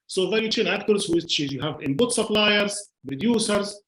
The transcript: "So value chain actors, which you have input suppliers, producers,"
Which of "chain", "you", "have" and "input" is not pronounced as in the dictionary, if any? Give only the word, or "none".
input